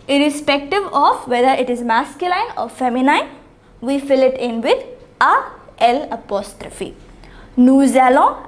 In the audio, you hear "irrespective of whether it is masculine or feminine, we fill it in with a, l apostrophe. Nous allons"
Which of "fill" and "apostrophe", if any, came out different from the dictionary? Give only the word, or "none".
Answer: none